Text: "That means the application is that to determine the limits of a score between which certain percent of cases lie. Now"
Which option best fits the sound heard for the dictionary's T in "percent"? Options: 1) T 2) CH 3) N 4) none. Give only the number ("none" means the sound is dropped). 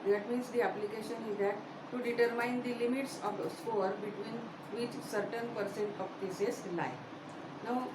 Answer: 1